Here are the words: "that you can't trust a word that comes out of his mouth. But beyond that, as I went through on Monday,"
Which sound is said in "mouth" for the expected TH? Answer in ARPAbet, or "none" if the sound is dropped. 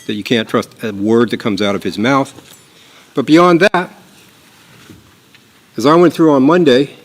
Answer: TH